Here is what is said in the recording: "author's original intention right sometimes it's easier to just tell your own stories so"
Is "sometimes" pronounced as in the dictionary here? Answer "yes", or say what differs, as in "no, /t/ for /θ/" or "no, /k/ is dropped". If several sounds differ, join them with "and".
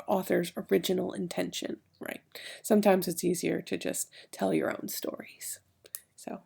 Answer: yes